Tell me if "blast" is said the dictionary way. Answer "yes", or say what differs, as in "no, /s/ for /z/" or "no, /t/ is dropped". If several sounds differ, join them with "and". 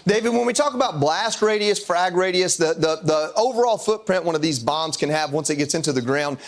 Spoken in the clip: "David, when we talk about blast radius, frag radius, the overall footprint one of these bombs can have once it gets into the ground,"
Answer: yes